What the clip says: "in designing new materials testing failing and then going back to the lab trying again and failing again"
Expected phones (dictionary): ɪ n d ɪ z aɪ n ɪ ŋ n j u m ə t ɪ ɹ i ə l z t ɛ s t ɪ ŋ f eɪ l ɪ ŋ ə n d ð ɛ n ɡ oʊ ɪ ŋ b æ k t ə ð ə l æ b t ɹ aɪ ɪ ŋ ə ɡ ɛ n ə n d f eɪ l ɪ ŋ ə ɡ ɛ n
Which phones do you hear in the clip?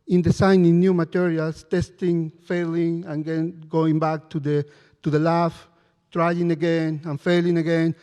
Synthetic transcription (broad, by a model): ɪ n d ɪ s aɪ n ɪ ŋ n j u m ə t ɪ ɹ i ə l s t ɛ s t ɪ ŋ f eɪ l ɪ ŋ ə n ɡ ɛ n ɡ oʊ ɪ ŋ b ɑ k t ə ð ə l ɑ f t ɹ aɪ ɪ ŋ ə ɡ ɛ n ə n f eɪ l ɪ ŋ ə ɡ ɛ n